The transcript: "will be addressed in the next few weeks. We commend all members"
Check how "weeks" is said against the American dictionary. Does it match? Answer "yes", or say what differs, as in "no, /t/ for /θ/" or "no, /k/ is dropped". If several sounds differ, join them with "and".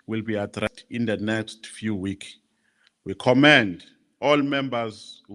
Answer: no, /s/ is dropped